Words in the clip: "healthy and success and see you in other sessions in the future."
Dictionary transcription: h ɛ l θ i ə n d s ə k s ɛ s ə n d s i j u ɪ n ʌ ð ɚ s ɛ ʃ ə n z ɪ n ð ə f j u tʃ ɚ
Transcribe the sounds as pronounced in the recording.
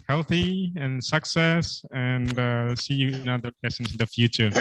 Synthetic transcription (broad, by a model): h ɛ l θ i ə n s ə k s ɛ s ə n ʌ s i j u ɪ n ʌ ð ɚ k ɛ s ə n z ɪ n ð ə f j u tʃ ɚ